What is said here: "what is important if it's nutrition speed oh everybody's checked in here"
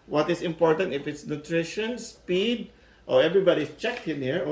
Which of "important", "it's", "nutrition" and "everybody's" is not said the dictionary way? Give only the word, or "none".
everybody's